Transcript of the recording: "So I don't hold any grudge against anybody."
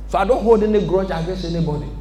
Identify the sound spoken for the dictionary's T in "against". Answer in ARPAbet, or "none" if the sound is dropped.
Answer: none